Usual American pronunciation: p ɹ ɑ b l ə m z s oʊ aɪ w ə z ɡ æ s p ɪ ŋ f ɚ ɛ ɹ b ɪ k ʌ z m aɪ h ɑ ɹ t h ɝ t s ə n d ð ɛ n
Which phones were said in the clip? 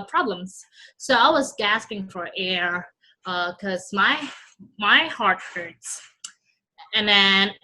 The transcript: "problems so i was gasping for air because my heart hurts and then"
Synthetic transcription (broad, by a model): p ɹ ɑ b l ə m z s oʊ aɪ w ə z ɡ æ s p ɪ ŋ f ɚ ɛ ɹ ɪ k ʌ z m aɪ h ɑ ɹ t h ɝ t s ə n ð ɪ n